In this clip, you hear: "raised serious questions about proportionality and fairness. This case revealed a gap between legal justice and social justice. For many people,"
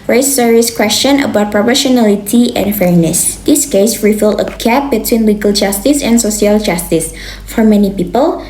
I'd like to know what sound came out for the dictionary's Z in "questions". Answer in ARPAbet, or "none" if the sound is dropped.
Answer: none